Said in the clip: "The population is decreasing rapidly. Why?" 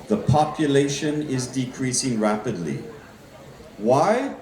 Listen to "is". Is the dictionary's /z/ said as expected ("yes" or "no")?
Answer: yes